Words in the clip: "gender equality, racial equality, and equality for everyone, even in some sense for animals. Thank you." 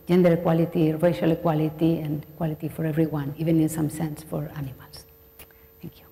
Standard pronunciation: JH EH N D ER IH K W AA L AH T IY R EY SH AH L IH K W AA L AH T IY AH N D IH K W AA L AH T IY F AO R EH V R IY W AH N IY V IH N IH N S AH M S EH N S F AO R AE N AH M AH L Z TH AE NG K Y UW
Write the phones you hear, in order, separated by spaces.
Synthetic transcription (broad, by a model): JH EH N D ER K W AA L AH T IY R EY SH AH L K W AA L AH T IY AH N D K W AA L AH T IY F AO R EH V R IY W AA N IY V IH N IH N S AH M S EH N S F AO R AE N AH M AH L S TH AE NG K Y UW